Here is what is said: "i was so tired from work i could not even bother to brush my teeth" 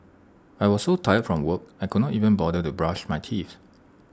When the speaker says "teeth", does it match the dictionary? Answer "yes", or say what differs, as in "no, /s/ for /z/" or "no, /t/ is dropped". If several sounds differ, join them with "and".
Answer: no, /s/ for /θ/